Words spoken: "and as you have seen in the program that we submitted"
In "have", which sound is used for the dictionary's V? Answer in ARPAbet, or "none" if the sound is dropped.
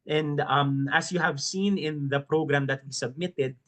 V